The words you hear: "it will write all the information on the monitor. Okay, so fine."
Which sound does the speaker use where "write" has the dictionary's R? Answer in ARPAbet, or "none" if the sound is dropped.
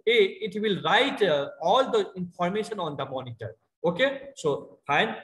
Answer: R